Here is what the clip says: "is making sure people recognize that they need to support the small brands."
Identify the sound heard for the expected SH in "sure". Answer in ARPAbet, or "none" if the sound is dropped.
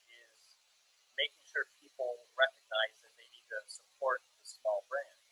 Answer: SH